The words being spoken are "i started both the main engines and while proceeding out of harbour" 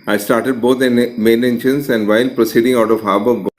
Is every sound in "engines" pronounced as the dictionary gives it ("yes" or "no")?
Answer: no